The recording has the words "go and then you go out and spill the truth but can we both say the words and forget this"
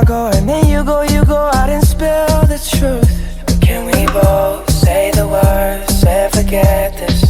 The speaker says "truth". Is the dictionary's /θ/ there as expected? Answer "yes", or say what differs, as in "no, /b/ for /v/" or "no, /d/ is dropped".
yes